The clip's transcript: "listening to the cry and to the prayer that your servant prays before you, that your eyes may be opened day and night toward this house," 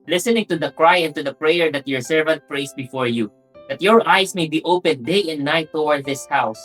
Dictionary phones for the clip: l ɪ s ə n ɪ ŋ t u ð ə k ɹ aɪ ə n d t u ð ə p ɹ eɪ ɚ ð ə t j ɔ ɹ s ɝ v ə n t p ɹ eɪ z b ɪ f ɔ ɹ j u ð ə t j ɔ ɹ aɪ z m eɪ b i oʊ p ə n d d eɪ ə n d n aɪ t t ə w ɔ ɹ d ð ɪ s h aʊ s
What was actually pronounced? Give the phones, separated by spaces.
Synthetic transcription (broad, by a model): l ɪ s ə n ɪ ŋ t u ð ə k ɹ aɪ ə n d t u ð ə p ɹ eɪ ɚ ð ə t j ɔ ɹ s ɝ v ə n t p ɹ eɪ s b ɪ f ɔ ɹ j u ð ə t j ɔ ɹ aɪ s m eɪ b i oʊ p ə n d d eɪ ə n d n aɪ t t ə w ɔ ɹ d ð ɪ s h aʊ s